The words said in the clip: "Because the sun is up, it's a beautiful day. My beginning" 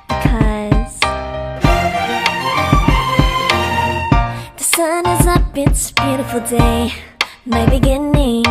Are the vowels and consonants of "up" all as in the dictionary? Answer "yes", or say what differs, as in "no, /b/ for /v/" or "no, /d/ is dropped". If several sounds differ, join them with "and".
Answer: no, /b/ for /p/